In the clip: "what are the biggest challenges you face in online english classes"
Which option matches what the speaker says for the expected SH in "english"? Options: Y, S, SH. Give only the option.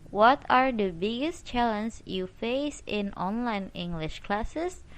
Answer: SH